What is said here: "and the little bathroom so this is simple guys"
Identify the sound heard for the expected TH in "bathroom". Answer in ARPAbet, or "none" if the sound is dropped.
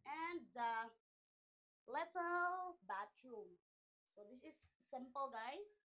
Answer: T